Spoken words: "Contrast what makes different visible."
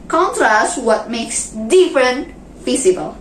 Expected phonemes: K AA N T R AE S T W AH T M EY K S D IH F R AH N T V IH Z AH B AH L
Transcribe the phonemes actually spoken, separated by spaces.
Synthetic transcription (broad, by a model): K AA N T R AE S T W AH T M EY K S D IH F R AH N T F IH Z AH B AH L